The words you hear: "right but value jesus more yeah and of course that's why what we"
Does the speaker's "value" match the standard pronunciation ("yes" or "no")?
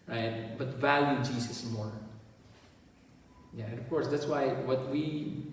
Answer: yes